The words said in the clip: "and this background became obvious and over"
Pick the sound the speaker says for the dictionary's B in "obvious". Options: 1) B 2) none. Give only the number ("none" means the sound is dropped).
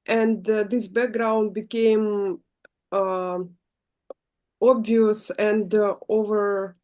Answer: 1